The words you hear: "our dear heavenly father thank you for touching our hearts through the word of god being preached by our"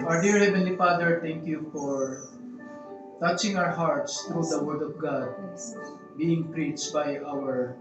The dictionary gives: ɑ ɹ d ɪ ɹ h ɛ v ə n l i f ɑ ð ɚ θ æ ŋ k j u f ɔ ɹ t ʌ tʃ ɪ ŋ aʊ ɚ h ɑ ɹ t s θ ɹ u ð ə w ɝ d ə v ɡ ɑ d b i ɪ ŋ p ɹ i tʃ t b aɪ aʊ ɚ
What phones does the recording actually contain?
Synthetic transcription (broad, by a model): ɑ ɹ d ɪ ɹ h ɛ v ə n l i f ɑ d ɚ t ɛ ŋ k j u f ɔ ɹ t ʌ tʃ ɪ ŋ aʊ ɚ h ɑ ɹ t s t ɹ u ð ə w ɝ d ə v ɡ ɑ d b i ɪ ŋ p ɹ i tʃ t b aɪ aʊ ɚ